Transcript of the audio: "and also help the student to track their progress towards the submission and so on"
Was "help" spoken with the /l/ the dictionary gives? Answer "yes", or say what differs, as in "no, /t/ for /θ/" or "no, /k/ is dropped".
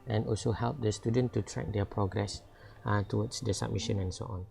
yes